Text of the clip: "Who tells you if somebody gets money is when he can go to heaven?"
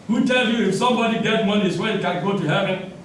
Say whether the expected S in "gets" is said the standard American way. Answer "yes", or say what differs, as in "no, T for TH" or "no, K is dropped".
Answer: no, S is dropped